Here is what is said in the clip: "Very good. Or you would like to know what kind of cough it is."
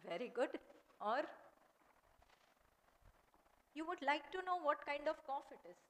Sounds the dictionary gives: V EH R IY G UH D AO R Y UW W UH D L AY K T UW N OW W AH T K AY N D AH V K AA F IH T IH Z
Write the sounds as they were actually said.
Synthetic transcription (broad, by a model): V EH R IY G UH D AO R Y UW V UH D L AY K T UW N OW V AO T K AY N D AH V K AA F IH T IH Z